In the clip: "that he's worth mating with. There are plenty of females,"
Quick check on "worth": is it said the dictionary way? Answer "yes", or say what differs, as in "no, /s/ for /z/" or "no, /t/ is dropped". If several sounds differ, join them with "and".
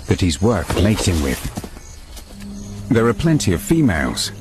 no, /t/ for /θ/